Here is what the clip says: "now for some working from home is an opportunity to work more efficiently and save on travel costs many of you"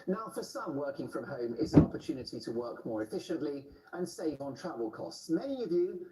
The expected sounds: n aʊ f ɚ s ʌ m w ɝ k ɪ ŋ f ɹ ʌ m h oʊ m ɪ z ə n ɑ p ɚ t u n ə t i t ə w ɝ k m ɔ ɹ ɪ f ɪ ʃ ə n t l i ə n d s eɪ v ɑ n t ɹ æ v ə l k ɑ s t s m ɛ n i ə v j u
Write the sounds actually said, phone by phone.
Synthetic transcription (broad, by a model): n aʊ f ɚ s ʌ m w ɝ k ɪ ŋ f ɹ ʌ m h oʊ m ɪ z ə n ɑ p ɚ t u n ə t i t ə w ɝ k m ɔ ɹ ɪ f ɪ ʃ ə n t l i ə n s eɪ v n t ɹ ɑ v ə l k ɑ s t s m ɛ n i ə v j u